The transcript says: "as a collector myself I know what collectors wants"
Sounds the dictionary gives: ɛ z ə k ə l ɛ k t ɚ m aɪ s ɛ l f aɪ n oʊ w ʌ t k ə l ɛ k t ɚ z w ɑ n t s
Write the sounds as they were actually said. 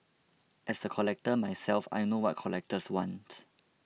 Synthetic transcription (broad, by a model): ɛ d ə k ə l ɛ k t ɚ m aɪ s ɛ l f aɪ n oʊ w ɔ t k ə l ɛ k t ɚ s w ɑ n t